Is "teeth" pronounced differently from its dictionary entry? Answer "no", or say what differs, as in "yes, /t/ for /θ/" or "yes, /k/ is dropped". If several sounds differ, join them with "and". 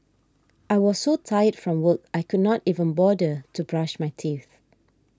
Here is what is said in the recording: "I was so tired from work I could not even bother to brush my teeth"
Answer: no